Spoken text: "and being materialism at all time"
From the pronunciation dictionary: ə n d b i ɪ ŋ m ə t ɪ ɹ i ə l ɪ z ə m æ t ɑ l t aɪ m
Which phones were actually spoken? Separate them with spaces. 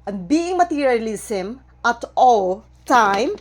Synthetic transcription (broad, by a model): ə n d b i ɪ ŋ m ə t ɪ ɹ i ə l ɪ s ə m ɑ t ɑ l t aɪ m